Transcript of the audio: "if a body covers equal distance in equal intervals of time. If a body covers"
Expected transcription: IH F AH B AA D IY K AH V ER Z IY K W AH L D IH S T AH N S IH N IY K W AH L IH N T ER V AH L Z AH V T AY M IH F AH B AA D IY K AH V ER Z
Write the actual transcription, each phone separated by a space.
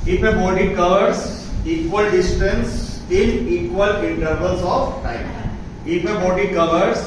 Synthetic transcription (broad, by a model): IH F AH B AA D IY K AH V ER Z IY K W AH L D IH S T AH N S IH L IY K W AH L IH N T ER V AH L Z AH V T AY M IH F AH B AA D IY K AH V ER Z